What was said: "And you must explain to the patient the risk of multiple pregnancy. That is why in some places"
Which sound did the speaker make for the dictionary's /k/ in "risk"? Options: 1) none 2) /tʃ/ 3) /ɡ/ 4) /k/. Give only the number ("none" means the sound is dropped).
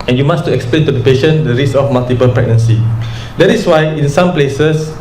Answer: 1